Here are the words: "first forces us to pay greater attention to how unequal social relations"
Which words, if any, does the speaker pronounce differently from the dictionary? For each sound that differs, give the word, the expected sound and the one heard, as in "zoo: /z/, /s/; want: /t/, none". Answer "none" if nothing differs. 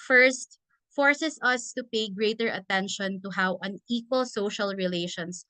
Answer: forces: /z/, /s/